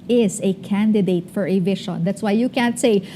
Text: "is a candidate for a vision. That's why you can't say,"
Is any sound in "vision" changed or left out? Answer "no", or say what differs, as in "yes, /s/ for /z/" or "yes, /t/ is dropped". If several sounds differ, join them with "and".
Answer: yes, /ʃ/ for /ʒ/